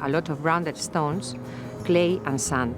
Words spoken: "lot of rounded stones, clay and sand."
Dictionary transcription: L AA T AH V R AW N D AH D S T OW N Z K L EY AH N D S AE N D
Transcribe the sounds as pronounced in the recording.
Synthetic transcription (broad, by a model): L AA T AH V R AW N D AH D S T OW N S K L EY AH N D S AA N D